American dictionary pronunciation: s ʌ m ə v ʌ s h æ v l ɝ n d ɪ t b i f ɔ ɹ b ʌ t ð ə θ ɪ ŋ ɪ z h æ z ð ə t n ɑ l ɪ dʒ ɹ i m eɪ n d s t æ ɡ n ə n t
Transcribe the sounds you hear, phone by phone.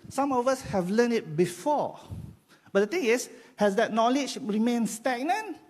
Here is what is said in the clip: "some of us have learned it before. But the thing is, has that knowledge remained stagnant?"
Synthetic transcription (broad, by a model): s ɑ m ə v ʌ s h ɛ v l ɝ n ɪ t b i f ɔ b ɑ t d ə t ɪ ŋ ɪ s h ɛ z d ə t n ɑ l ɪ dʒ ɹ i m eɪ n s t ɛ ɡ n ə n